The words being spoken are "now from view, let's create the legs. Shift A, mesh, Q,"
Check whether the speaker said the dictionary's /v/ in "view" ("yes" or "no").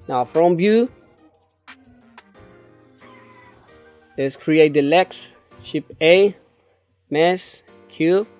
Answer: no